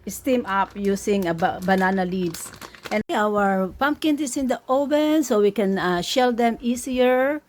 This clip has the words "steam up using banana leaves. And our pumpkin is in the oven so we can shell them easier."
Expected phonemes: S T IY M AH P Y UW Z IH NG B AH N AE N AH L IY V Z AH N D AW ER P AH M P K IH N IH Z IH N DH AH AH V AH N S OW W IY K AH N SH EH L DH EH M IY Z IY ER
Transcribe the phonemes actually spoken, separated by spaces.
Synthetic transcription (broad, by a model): S T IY M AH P Y UW S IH NG B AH N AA N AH L IY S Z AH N AW ER P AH M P K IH N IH S IH N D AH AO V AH N S OW W IY K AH N SH EH L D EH M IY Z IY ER